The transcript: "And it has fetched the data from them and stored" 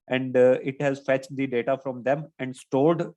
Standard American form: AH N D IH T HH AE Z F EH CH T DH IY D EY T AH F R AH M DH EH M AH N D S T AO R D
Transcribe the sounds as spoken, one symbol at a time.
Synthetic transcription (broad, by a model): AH N D IH T HH AE Z F EH CH T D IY D EY T AH F R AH M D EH M AH N D S T AO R D